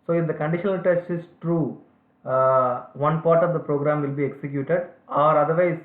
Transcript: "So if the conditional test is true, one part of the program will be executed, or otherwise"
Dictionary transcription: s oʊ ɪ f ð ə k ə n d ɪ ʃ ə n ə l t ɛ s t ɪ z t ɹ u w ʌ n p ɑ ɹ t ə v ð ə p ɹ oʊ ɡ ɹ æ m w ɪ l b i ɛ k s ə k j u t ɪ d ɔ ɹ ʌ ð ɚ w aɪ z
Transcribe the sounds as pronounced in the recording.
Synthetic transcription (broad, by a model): s oʊ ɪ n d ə k ə n d ɪ ʃ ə n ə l t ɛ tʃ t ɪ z t ɹ u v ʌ n p ɑ ɹ t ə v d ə p ɹ oʊ ɡ ɹ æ m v ɪ l b i ɛ k s ə k j u t ɪ d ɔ ɹ ʌ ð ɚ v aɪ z